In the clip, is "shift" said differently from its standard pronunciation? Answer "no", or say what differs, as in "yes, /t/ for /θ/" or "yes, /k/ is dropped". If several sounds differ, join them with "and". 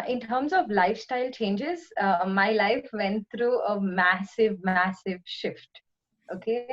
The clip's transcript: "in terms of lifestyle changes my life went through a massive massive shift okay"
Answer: no